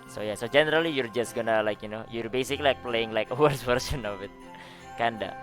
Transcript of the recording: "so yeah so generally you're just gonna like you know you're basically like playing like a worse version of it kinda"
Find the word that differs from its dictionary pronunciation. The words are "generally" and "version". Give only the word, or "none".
version